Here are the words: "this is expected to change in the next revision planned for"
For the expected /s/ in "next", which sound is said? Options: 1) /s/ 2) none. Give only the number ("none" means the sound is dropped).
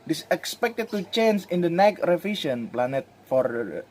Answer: 2